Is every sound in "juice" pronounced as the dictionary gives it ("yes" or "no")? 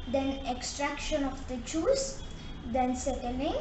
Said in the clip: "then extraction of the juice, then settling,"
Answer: no